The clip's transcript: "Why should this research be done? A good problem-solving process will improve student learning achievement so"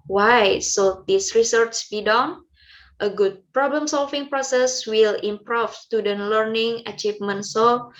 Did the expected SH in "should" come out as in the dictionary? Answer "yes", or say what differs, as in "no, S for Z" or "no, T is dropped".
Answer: no, S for SH